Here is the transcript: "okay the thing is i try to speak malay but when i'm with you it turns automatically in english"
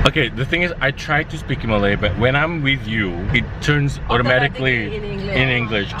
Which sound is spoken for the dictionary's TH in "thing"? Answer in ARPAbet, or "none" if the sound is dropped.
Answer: TH